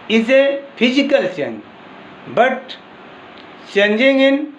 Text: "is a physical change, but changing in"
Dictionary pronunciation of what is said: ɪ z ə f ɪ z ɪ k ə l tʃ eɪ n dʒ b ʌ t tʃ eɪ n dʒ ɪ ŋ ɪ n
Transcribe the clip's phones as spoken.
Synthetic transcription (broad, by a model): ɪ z ə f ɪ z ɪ k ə l s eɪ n b ʌ t s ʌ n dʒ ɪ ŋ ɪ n